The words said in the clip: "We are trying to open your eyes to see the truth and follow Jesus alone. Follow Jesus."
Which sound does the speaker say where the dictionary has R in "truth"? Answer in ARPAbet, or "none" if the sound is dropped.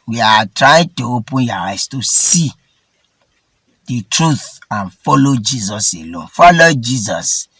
R